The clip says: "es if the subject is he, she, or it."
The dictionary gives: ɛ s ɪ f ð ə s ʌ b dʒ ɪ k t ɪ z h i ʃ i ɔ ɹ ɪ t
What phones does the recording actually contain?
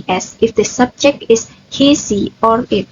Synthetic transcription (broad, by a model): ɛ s ɪ f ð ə s ʌ b dʒ ɪ k t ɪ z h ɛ s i ɔ ɹ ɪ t